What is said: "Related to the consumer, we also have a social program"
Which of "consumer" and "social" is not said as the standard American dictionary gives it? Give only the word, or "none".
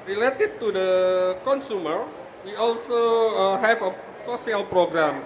social